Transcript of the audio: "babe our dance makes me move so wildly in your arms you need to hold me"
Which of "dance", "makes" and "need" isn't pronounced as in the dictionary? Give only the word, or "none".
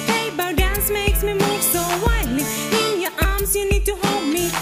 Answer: none